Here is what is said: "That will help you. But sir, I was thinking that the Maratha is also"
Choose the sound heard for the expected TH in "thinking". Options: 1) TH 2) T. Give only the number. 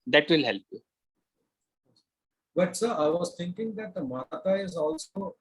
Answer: 2